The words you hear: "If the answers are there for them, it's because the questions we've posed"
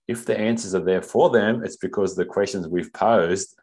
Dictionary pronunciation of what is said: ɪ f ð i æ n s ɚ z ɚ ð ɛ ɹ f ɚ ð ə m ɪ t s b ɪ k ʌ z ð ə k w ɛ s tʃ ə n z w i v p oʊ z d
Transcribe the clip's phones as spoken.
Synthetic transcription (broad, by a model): ɪ f ð i æ n s ɚ z ɚ ð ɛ ɹ f ɚ ð ə m ɪ t s b ɪ k ʌ z ð ə k w ɛ s tʃ ə n z w i v p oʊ z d